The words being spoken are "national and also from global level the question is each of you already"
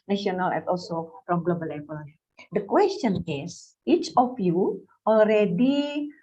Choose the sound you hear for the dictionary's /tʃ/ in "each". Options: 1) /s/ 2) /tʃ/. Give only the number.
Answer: 2